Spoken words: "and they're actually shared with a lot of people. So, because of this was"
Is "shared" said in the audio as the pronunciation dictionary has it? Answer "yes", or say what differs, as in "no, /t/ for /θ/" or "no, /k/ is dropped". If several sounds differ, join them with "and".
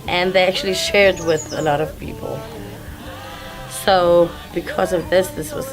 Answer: yes